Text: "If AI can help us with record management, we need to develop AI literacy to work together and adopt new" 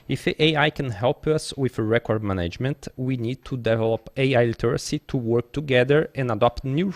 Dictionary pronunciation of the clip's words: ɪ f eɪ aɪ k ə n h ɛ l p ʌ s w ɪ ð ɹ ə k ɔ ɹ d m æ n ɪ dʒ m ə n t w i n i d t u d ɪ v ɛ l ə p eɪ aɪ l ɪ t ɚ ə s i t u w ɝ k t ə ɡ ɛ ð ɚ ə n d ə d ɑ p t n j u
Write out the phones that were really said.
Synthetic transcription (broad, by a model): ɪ f eɪ aɪ k ə n h ɛ l p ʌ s w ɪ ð ɹ ə k ɔ ɹ d m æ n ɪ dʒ m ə n t w i n i d t u d ɪ v ɛ l ə p eɪ aɪ l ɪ t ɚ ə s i t u w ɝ k t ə ɡ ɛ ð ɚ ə n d ə d ɑ p t n j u